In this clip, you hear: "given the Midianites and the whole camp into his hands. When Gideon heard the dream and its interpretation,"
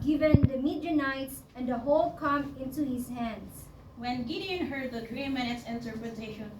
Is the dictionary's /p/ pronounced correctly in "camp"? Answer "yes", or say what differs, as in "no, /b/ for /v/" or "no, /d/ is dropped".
no, /p/ is dropped